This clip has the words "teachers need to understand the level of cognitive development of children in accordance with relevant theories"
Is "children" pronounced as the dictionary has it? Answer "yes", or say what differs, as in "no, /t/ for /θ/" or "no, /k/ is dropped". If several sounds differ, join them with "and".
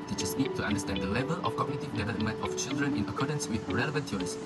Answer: yes